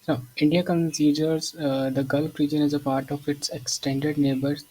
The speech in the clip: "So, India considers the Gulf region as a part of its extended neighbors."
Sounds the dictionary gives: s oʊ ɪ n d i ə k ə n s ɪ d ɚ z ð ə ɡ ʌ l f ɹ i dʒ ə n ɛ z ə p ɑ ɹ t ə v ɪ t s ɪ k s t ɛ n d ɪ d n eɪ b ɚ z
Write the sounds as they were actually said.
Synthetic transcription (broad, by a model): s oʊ ɪ n d i ə k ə n s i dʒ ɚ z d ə ɡ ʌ l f ɹ i dʒ ə n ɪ z ə p ɑ ɹ t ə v ɪ t s ɪ k s t ɛ n d ɪ d n eɪ b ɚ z